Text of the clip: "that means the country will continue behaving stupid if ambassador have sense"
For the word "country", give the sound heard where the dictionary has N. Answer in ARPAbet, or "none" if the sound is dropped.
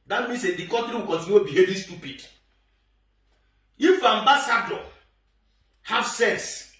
none